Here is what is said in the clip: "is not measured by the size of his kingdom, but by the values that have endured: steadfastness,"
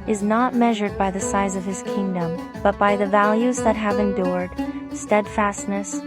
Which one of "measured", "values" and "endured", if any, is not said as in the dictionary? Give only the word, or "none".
none